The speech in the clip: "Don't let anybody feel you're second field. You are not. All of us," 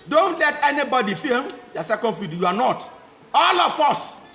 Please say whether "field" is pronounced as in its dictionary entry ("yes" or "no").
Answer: no